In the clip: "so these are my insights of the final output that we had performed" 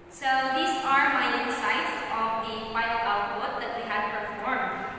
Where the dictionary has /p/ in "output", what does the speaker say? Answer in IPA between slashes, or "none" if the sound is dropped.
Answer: /b/